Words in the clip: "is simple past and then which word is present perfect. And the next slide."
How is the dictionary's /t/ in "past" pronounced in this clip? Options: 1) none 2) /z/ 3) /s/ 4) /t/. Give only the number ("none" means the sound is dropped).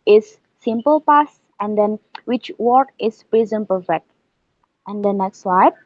1